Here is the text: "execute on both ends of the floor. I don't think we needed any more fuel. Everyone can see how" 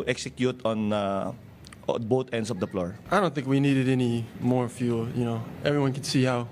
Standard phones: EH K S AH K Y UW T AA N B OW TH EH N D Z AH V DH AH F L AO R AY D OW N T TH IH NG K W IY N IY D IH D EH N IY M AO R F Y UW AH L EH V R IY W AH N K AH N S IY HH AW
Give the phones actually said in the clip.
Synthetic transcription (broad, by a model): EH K S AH K Y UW T AA N B OW T EH N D S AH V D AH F L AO R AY D OW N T TH IH NG K W IY N IY D IH D EH N IY M AO R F Y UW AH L EH V R IY W AH N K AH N S IY HH AW